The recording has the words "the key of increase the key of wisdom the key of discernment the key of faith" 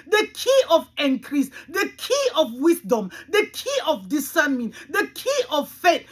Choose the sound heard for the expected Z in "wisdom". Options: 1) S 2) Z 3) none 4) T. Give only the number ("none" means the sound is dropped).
1